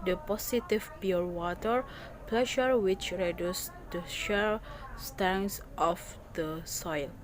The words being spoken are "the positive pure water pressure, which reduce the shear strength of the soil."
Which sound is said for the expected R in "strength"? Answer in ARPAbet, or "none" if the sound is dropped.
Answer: none